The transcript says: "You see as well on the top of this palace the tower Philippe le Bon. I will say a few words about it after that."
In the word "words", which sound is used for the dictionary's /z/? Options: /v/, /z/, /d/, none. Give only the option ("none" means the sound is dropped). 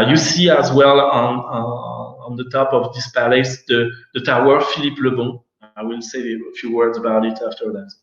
/z/